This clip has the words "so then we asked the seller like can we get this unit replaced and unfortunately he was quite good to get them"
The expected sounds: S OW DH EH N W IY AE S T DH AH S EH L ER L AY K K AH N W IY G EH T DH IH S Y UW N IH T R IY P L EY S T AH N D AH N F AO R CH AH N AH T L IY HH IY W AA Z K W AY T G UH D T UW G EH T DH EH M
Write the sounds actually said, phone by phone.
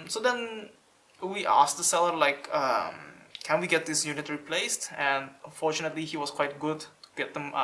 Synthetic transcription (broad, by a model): S OW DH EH N W IY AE S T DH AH S EH L ER L AY K K AH N W IY G EH T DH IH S Y UW N IH T R IY P L EY S T AH N D AH N F AO R CH AH N AH T L IY HH IY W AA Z K W AY T G UH D T UW G EH T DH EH M